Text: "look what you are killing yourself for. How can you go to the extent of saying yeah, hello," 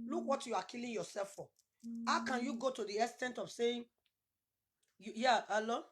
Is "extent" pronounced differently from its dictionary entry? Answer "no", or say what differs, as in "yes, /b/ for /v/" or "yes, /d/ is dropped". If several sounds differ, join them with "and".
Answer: yes, /k/ is dropped